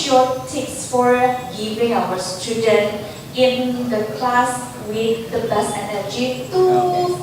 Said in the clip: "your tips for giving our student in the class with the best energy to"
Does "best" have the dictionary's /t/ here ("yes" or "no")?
no